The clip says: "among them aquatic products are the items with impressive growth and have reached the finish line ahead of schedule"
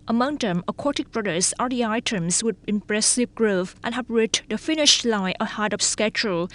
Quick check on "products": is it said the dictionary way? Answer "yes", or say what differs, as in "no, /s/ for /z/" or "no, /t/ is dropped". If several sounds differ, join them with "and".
no, /b/ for /p/